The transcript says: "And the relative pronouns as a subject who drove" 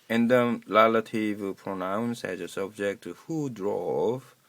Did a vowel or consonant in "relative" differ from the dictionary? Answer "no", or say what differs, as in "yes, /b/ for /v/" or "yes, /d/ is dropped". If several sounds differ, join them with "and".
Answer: yes, /l/ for /ɹ/